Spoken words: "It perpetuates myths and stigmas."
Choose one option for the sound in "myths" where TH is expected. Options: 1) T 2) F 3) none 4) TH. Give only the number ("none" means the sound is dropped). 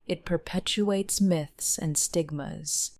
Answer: 4